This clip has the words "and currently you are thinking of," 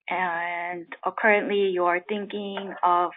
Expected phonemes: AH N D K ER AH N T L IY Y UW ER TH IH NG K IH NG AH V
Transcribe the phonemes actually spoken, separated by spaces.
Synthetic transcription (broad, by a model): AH N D K ER AH N T L IY Y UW ER TH IH NG K IH NG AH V